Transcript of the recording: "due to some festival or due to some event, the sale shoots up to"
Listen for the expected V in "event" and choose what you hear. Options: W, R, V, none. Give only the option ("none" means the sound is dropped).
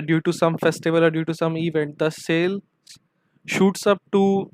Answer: V